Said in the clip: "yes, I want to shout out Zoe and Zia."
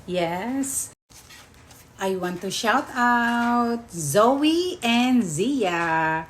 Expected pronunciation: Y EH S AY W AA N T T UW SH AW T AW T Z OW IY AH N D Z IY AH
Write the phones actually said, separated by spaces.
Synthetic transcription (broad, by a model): Y EH S AY W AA N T T UW SH AW T AW T Z OW IY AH N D Z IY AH